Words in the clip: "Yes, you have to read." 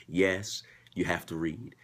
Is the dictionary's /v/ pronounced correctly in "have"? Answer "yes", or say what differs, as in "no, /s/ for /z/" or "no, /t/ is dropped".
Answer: no, /f/ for /v/